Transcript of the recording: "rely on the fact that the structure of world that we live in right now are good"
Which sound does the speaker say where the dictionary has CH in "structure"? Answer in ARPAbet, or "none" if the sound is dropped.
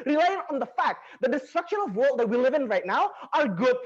SH